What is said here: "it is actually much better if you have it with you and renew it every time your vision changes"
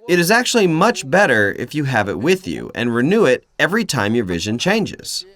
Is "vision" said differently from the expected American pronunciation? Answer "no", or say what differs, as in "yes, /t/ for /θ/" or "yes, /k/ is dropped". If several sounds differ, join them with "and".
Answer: no